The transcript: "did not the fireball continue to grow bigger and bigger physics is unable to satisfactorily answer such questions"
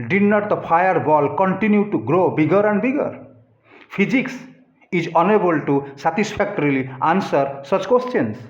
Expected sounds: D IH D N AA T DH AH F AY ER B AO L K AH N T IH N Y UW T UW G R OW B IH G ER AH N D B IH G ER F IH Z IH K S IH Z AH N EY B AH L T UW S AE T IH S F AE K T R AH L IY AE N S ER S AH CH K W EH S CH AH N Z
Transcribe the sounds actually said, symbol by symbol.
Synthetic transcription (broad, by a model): D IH N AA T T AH P AY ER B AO L K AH N T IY N Y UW T UW G R OW B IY G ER AH N D B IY G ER P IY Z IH K S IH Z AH N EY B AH L T UW S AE T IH S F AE K T R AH L IY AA N S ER S AH CH K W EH S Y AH N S